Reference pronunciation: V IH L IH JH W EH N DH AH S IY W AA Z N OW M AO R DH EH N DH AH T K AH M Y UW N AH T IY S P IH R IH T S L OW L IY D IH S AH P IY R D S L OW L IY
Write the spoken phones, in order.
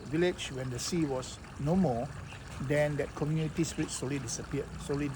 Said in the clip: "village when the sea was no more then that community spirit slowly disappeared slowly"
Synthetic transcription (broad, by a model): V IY L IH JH W EH N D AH S IY W AA S N OW M AO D EH N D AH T K AH M Y UW N AH T IY S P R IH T S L OW L IY D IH S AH P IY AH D S OW L IY